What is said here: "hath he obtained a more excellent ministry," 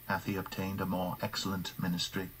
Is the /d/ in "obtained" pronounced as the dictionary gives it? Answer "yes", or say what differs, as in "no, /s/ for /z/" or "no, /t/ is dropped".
yes